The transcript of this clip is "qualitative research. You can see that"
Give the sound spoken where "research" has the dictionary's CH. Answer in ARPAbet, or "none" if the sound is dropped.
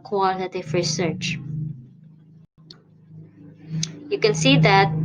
CH